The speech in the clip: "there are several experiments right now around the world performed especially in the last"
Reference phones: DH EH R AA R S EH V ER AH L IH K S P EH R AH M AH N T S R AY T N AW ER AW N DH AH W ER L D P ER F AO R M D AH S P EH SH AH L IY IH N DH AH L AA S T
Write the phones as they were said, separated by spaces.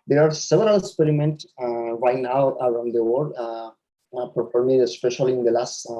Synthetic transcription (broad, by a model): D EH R AA R S EH V ER AH L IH K S P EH R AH M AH N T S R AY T N AW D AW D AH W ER D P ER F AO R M AH S P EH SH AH L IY IH N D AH L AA S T